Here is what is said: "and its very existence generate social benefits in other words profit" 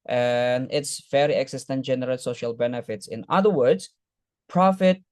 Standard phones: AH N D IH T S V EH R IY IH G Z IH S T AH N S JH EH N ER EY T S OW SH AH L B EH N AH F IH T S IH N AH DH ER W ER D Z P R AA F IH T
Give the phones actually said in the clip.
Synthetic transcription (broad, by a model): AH N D IH T S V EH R IY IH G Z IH S T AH N JH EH N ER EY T S OW SH AH L B EH N AH F IH T S IH N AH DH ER W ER D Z P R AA F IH T